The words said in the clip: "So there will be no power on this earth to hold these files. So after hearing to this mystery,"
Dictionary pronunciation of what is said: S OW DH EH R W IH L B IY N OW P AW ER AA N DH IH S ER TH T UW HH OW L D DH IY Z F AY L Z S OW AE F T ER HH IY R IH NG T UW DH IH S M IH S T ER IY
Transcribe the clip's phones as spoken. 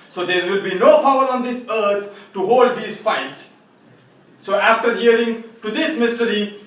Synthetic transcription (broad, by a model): S OW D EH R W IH L B IY N OW P AW ER AA N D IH S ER T T UW HH OW L D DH IY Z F AY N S S OW AE F T ER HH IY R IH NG T UW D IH S M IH S T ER IY